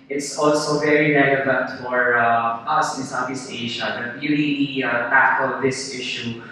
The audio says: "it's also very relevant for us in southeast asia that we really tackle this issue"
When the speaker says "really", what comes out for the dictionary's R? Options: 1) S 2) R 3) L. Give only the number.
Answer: 3